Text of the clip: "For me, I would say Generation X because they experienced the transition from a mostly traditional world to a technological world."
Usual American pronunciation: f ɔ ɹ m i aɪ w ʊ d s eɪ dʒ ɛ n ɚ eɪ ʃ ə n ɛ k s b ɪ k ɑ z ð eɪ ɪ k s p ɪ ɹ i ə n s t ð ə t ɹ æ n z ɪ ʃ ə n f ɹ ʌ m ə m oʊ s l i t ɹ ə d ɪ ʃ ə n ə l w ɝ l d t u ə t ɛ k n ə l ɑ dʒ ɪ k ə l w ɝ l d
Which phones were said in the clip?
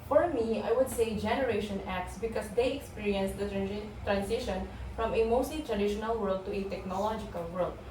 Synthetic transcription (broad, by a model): f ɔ ɹ m i aɪ w ʊ d s eɪ dʒ ɛ n ɚ eɪ ʃ ə n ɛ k s b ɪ k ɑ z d eɪ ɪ k s p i ɹ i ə n s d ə t ɹ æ n s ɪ ʃ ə n f ɹ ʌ m ə m oʊ s l i t ɹ ə d ɪ ʃ ə n ə l w ɝ l d t u ə t ɛ k n ə l ɑ dʒ ɪ k ə l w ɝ l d